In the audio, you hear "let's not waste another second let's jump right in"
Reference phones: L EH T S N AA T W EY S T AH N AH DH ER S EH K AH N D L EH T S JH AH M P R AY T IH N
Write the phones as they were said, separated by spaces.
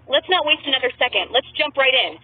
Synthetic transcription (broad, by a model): L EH T S N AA T W EY S T AH N AH DH ER S EH K AH N D L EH T S JH AH M P R AY T IH N